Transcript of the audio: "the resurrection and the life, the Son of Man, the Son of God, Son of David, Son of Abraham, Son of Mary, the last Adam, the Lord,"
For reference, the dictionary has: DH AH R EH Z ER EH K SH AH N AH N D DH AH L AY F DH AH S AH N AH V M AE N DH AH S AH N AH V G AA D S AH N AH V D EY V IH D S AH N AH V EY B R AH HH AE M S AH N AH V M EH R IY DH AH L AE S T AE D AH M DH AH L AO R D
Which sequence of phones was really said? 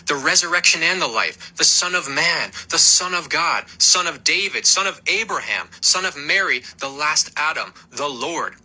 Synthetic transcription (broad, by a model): DH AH R EH Z ER EH K SH AH N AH N DH AH L AY F DH AH S AH N AH V M AE N DH AH S AH N AH V G AA D S AH N AH V D EY V IH D S AH N AH V EY B R AH HH AE M S AH N AH V M EH R IY DH AH L AE S T AE D AH M DH AH L AO R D